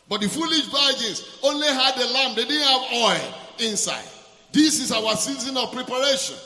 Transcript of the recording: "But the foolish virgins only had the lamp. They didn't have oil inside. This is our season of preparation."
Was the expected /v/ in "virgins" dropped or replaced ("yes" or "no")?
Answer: yes